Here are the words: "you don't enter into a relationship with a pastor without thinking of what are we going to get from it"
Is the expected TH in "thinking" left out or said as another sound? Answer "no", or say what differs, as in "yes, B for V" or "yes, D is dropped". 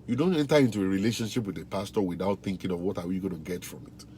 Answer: no